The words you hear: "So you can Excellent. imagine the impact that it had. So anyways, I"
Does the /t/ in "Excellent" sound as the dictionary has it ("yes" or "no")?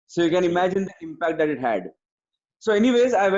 no